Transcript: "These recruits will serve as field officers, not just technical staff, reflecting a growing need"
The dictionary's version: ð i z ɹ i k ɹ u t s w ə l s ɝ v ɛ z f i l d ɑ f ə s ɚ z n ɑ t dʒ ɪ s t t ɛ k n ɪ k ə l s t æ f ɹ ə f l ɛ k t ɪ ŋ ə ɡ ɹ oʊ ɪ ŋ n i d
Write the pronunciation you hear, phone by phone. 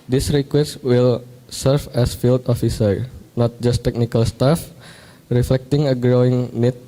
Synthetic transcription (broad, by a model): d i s ɹ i k w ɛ s w ə l s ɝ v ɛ s f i l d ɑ f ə s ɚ n ɑ t dʒ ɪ s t t ɛ k n ɪ k ə l s t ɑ f ɹ ə f l ɛ k t ɪ ŋ ə ɡ ɹ oʊ ɪ ŋ n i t